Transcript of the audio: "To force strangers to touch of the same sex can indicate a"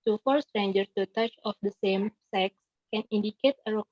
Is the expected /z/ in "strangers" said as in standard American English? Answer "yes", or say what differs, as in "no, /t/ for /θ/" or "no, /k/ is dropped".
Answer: no, /z/ is dropped